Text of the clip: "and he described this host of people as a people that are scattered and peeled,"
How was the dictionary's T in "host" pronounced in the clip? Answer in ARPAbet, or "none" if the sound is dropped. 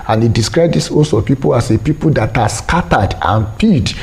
none